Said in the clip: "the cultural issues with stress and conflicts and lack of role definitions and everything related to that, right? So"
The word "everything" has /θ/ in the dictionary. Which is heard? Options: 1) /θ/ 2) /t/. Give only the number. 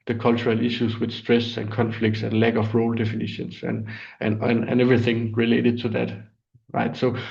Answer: 1